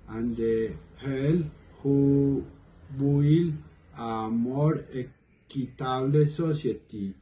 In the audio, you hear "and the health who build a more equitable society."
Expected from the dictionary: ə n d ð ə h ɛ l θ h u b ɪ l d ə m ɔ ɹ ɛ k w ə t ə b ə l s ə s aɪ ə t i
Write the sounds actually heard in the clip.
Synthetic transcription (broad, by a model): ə n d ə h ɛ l h u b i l ə m ɔ ɹ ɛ k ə t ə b l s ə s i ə t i